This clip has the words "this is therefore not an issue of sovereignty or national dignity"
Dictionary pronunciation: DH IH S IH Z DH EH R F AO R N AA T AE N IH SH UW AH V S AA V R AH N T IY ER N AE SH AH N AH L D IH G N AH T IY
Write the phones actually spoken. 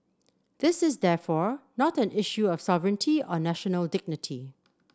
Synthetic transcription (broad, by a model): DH IH S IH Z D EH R F AO R N AA T AE N IH SH UW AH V S AA V R AH N T IY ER N AE SH AH N AH L D IH G N AH T IY